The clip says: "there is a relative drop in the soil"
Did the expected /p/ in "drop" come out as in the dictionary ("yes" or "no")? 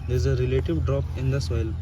yes